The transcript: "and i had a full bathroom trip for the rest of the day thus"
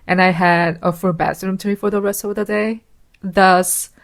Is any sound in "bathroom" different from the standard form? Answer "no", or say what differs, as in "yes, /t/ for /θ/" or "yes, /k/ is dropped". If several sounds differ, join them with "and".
yes, /s/ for /θ/